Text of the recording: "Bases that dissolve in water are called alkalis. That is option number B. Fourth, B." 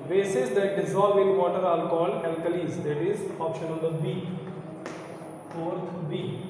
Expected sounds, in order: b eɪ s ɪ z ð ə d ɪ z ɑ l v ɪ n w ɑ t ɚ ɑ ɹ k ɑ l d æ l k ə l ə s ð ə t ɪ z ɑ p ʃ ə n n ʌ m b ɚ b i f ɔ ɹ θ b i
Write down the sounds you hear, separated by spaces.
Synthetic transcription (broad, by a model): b eɪ s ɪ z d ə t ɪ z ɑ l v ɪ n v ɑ t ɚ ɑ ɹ k ɑ l d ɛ l k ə l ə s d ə t ɪ z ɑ p ʃ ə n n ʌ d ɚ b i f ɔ ɹ t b i